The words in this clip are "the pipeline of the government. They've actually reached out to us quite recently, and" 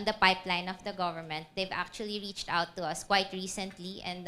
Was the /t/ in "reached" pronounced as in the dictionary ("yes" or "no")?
yes